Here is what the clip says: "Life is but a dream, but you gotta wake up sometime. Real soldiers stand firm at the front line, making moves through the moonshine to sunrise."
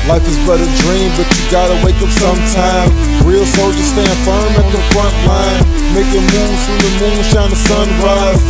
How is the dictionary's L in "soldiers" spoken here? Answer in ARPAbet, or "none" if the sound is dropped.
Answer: none